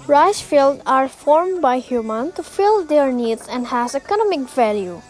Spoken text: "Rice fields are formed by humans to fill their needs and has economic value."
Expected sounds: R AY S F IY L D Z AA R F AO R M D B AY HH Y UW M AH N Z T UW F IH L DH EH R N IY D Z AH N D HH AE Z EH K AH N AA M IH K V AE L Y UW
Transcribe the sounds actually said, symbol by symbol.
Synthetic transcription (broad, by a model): R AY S F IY L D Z AA R F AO R M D B AY HH Y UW M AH N T UW F IH L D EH R N IY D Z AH N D HH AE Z EH K AH N AA M IH K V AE L Y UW